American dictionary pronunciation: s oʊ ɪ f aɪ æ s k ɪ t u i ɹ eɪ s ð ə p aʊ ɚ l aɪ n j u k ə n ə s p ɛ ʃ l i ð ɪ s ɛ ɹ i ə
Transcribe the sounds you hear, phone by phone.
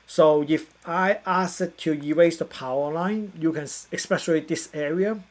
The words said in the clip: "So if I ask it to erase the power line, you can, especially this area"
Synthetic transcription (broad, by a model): s oʊ ɪ f aɪ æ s ɪ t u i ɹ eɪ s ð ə p aʊ ɚ l aɪ n j u k ə n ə s p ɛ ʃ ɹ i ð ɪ s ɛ ɹ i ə